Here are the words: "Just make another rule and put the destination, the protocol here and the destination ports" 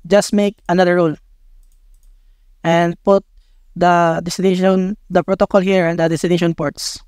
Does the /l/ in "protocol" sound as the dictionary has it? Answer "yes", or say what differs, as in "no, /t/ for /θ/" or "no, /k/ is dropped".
yes